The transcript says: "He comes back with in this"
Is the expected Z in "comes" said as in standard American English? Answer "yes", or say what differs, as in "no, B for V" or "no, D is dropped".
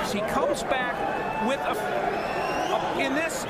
yes